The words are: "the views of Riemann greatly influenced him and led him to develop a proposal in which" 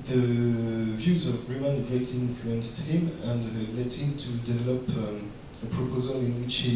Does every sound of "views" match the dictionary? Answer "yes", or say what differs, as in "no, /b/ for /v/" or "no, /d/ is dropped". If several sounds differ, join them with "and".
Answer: yes